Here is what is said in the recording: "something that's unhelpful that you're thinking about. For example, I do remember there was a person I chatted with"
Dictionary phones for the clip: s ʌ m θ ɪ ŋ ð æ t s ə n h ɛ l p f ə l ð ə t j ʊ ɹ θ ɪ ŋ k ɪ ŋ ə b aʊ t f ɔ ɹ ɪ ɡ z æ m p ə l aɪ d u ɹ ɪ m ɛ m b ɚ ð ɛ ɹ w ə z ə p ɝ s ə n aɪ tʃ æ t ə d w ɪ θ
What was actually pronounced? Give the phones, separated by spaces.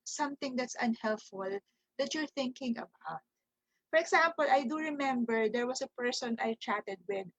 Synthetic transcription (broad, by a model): s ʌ m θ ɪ ŋ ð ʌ t s ə n h ɛ l p f ə l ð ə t j ʊ ɹ θ ɪ ŋ k ɪ ŋ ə b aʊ t f ɔ ɹ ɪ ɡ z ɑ m p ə l aɪ d u ɹ ɪ m ɛ m b ɚ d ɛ ɹ w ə s ə p ɝ s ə n aɪ tʃ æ t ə d w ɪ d